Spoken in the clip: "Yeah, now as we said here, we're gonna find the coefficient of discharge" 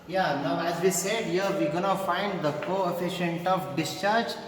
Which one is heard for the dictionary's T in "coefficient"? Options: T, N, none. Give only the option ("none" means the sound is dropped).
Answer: T